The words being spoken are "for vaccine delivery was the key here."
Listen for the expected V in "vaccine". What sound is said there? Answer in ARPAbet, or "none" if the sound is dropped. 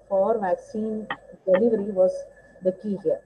V